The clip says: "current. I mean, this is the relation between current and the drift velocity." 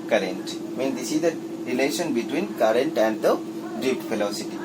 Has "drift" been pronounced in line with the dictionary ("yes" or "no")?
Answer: no